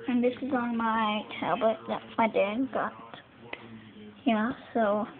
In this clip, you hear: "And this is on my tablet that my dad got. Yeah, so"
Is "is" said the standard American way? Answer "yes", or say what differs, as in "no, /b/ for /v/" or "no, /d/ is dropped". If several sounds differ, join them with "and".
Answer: yes